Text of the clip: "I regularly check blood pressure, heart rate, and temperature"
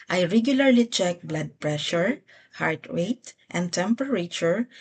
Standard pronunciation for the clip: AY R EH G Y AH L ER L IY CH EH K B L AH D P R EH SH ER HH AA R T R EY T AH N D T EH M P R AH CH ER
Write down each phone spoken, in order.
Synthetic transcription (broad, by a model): AY R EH G Y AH L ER L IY CH EH K B L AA D P R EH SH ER HH AA R T W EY T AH N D T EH M P R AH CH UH